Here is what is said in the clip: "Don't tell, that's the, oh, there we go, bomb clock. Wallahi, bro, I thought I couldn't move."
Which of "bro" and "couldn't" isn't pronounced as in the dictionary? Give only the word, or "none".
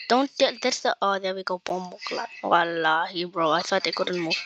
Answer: none